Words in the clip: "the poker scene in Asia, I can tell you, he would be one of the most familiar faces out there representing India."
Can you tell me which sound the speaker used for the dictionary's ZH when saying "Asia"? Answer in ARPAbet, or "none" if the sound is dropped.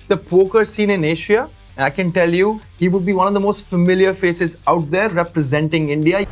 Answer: SH